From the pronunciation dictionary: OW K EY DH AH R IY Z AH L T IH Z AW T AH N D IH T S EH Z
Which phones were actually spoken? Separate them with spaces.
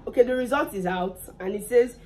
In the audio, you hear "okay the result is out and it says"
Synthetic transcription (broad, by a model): OW K EY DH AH R IY Z AH L T IH Z AW T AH N IH T S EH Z